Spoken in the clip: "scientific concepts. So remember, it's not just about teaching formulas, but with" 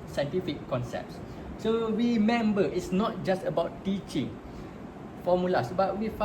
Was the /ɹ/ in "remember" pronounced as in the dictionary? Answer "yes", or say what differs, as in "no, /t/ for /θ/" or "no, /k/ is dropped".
no, /w/ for /ɹ/